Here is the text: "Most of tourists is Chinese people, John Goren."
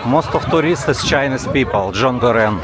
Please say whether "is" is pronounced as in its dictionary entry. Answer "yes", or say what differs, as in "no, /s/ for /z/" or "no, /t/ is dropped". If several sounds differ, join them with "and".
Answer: no, /s/ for /z/